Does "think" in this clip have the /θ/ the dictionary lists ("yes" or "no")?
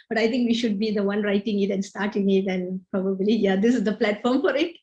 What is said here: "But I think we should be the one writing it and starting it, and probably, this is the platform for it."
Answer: no